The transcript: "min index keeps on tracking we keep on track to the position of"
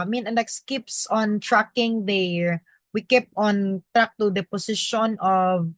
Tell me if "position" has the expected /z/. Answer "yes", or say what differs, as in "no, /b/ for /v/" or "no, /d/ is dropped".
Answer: no, /s/ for /z/